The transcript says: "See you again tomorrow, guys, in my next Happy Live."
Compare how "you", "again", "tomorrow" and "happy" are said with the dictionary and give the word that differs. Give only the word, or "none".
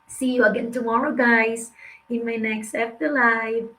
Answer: happy